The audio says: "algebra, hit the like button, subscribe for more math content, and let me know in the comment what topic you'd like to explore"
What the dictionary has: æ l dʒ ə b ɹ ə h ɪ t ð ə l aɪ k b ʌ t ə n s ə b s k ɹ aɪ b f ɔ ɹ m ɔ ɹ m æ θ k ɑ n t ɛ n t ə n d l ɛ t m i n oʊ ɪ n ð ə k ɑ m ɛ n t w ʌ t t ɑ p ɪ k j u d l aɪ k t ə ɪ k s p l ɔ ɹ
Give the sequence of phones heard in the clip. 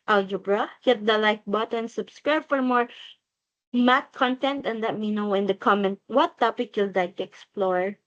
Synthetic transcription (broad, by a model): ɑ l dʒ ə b ɹ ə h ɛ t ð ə l aɪ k b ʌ t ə n s ə b s k ɹ aɪ b f ɔ ɹ m ɔ ɹ m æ t k ɑ n t ɛ n t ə n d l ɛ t m i n oʊ ɪ n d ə k ɑ m ɛ n t w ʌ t t ɑ p ɪ k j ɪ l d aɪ t ə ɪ k s p l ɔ ɹ